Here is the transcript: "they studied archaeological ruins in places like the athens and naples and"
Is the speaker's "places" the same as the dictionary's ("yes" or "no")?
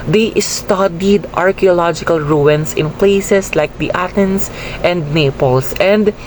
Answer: no